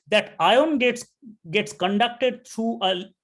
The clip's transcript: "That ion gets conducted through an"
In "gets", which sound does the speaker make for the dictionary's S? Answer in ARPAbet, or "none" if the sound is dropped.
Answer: S